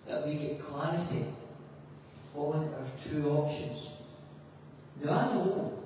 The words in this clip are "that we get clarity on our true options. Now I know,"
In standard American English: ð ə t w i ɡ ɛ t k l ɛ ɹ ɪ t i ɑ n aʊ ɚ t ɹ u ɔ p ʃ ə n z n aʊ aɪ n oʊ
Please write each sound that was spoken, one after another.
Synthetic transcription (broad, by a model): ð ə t w i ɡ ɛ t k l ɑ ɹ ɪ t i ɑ l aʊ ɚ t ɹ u ɔ p ʃ ə n z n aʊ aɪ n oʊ